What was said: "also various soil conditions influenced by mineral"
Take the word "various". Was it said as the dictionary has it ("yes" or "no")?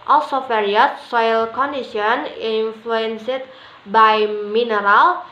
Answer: no